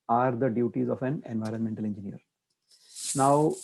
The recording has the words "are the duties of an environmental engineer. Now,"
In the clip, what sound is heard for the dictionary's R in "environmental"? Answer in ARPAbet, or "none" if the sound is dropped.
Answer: R